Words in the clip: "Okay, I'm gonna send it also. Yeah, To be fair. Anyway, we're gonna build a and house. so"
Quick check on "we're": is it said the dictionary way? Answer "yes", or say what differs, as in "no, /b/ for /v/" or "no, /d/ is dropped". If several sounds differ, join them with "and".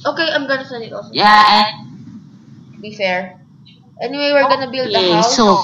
yes